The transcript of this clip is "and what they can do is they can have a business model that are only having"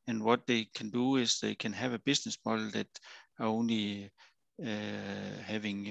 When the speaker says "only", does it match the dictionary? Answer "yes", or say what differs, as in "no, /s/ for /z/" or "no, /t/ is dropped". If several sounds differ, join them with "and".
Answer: yes